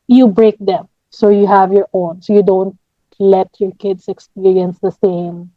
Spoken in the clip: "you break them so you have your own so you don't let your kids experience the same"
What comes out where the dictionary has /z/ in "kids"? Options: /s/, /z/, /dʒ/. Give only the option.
/s/